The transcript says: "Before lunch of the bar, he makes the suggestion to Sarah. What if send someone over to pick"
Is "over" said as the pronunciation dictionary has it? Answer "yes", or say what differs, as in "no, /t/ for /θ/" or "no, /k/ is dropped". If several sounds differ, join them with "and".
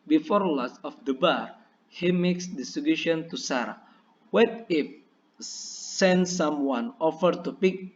no, /f/ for /v/